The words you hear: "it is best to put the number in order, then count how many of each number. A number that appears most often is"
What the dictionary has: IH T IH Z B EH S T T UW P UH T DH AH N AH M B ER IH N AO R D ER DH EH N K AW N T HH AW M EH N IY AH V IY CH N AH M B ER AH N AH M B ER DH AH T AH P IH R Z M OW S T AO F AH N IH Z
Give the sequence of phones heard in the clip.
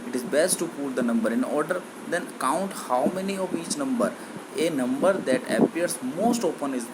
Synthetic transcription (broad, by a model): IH T IH Z B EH S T T UW P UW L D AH N AH M B ER IH N AO R D ER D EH N K AW N T HH AW M EH N IY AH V IY CH N AH M B ER AH N AH M B ER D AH T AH P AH R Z M OW S T AO P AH N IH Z